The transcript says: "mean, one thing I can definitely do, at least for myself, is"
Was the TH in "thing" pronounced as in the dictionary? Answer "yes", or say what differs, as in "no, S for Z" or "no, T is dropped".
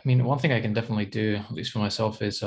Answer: yes